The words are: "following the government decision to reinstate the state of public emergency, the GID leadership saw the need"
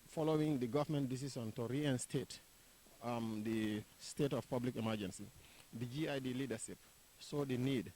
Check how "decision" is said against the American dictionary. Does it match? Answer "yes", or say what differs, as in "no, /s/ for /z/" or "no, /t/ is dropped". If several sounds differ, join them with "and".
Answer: no, /s/ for /ʒ/